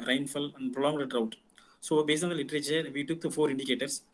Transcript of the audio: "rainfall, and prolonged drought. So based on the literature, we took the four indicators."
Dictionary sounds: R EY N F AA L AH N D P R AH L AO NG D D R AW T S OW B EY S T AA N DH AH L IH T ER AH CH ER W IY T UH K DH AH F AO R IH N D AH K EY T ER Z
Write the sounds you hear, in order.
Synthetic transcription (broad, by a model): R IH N F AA L AH N D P R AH L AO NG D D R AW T S OW B EY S AA N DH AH L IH T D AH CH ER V IY T UH K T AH F AO R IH N D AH K EY T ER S